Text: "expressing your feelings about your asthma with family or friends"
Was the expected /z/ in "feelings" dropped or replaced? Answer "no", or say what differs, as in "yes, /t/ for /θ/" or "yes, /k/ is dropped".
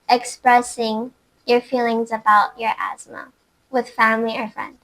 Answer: no